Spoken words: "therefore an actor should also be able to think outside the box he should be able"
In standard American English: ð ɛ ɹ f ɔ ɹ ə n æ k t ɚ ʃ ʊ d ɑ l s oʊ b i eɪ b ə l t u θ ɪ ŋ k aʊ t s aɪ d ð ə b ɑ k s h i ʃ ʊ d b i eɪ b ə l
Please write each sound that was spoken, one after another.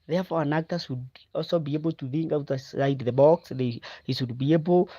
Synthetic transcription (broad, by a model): ð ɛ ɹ f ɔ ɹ ə n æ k t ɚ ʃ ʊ d ɑ l s oʊ b i eɪ b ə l t u θ ɪ ŋ k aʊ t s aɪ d ð ə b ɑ k s h i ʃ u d b i eɪ b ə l